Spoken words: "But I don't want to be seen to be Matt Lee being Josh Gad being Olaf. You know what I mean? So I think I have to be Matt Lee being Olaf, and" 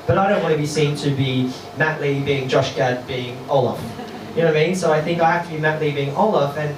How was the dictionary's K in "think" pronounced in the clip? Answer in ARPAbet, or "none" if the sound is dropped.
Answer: K